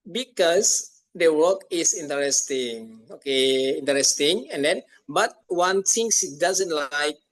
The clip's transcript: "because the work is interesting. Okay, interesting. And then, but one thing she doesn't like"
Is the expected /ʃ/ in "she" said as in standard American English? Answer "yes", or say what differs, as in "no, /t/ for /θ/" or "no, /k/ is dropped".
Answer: no, /s/ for /ʃ/